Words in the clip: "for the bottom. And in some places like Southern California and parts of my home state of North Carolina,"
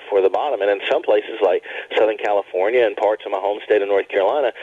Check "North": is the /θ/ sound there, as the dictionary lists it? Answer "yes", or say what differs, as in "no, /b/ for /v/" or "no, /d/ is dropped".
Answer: yes